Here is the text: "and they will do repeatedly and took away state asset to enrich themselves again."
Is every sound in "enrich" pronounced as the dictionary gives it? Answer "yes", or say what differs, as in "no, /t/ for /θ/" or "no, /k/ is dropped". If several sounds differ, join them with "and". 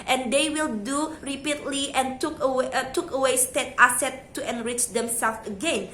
yes